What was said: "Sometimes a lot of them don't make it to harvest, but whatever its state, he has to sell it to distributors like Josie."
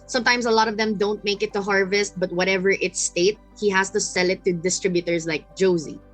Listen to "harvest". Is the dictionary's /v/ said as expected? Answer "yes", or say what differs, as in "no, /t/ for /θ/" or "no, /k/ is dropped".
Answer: yes